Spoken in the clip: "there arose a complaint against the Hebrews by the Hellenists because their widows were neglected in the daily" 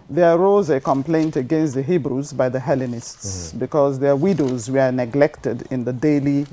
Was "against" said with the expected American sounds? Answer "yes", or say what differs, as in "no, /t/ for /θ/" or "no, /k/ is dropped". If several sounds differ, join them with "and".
yes